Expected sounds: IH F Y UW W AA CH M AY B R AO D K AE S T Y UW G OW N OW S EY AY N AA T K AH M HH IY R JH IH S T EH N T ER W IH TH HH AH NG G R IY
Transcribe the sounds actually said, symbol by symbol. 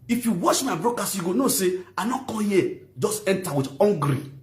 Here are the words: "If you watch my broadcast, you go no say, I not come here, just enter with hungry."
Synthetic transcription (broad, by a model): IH F Y UW W AA SH M AY B R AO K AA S Y UW G OW N OW S EY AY N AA K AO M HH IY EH JH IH S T EH N T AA W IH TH HH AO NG G R IY